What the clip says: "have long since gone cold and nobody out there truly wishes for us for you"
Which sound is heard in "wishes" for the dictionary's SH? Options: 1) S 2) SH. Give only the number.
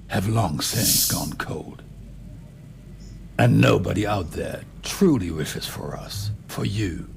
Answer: 2